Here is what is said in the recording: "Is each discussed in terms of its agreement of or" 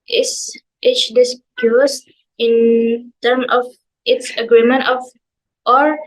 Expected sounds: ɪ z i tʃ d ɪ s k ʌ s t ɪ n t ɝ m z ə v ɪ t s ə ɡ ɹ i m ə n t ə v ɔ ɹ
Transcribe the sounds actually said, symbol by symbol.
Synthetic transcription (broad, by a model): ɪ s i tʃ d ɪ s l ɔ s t ɪ n t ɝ m ə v ɪ t s ə ɡ ɹ i m ə n t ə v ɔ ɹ